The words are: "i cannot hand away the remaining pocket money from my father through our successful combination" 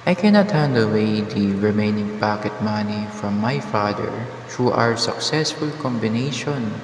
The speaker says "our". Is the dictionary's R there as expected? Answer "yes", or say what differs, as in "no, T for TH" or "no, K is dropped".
yes